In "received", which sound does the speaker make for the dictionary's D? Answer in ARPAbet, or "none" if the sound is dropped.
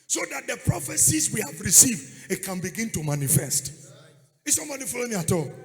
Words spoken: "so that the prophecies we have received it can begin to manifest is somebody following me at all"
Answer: D